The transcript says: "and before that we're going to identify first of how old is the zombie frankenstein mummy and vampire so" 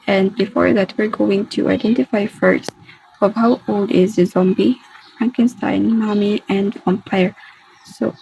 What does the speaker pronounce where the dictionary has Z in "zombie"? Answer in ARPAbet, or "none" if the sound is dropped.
Z